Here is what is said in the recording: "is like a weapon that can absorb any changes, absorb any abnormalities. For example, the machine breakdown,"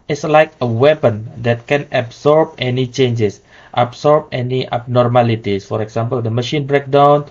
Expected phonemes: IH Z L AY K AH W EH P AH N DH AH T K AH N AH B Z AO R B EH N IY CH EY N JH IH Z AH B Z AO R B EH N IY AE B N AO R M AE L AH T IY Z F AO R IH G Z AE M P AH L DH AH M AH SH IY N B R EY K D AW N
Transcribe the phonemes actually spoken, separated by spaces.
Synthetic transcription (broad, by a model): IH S L AY K AH W EH P AH N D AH T K AH N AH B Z AO R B EH N IY CH EY N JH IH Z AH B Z AO R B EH N IY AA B N AO R M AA L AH T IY S F AO R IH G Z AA M P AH L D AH M AH SH IY N B R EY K D AW N